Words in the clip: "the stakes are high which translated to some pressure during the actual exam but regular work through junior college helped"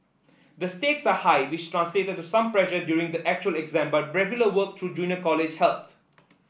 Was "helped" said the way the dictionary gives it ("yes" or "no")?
no